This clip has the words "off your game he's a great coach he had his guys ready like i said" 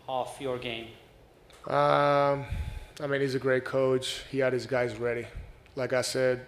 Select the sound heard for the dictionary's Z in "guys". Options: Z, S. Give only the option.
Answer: Z